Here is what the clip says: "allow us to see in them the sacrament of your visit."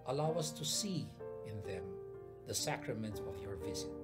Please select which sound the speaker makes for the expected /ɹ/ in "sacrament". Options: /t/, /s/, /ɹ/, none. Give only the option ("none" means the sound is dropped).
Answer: /ɹ/